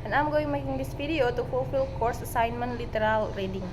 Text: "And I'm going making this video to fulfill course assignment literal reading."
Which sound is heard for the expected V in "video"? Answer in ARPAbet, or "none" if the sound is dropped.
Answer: F